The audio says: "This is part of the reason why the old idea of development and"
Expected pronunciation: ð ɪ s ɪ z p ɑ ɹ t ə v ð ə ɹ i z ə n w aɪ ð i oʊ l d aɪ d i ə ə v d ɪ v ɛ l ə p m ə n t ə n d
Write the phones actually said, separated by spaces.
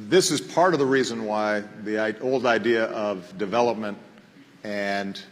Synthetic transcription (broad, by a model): ð ɪ s ɪ z p ɑ ɹ t ə v ð ə ɹ i z ə n w aɪ ð i oʊ l d aɪ d i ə ə v d ɪ v ɛ l ə p m ə n t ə n